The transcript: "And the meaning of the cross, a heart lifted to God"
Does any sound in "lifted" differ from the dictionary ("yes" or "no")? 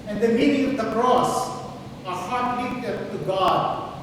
yes